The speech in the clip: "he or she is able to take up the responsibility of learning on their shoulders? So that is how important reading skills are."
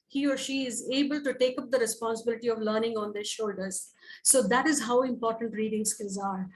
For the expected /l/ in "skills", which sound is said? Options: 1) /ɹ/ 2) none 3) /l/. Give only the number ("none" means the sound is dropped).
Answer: 2